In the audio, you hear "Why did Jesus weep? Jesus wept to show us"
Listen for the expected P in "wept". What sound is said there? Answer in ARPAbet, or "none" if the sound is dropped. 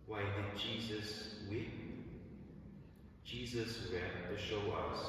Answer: none